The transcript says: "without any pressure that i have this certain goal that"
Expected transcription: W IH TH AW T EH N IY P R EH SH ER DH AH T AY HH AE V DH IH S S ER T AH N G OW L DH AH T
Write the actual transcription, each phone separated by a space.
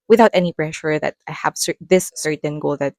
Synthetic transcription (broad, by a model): W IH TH AW T EH N IY B R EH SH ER DH AH T AY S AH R DH IH S S ER T AH N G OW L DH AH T